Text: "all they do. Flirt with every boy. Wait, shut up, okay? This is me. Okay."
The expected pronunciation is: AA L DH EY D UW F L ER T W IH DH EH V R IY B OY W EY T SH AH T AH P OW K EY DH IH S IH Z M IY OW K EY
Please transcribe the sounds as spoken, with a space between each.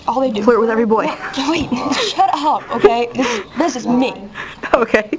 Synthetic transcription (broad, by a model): AA L DH EY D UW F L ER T W IH DH EH V R IY B OY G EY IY SH AH T AH P OW K EY DH IH S IH Z M IY OW K EY